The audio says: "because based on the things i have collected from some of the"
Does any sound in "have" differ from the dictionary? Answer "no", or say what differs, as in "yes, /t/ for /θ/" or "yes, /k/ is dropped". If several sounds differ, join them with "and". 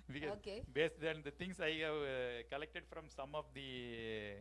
no